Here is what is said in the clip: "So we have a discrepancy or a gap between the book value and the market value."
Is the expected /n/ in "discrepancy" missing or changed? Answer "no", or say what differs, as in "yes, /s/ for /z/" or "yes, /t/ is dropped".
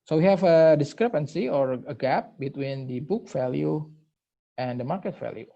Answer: no